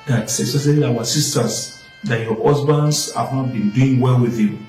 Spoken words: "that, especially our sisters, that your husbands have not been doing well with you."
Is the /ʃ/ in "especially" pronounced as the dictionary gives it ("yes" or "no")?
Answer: no